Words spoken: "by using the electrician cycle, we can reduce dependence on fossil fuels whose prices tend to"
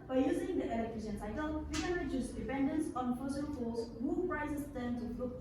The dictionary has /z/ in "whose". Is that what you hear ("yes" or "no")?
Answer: no